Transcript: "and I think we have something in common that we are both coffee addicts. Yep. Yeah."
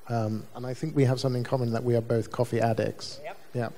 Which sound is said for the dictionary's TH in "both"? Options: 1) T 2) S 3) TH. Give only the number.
3